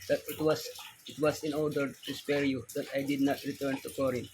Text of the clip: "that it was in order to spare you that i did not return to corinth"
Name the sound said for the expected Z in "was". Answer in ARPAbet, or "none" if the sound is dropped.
S